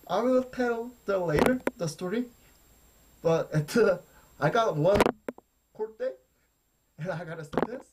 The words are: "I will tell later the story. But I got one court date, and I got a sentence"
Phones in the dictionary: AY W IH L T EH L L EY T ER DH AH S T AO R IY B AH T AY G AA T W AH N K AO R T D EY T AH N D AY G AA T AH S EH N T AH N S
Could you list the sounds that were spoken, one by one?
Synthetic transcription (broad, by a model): AY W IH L T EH L L EY T ER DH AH S T AO R IY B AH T AY G AA T W AH N K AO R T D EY AH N AY G AA T AH S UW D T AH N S